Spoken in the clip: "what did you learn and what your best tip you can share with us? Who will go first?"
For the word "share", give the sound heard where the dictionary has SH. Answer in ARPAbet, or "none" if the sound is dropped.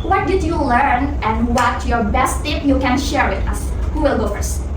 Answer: SH